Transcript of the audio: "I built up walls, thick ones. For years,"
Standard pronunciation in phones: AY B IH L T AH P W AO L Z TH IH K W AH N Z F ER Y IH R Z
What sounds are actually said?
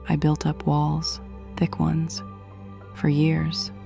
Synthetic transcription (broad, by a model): AY B IH L T AH P W AO L Z TH IH K W AH N Z F ER Y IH R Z